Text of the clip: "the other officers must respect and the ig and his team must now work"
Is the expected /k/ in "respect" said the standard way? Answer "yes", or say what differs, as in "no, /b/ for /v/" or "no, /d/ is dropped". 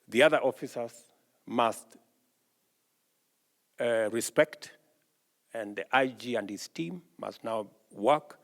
yes